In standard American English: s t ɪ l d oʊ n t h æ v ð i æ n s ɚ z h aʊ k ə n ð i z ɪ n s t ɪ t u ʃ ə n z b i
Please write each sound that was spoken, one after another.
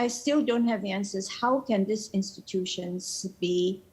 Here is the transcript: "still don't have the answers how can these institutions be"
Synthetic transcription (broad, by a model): s t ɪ l d oʊ n t h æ v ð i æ n s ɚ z h aʊ k ə n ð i s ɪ n s t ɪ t u ʃ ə n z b i